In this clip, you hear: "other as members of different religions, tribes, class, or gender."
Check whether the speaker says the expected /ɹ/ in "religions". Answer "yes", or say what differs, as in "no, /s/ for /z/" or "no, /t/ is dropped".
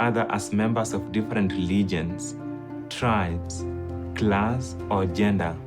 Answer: no, /l/ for /ɹ/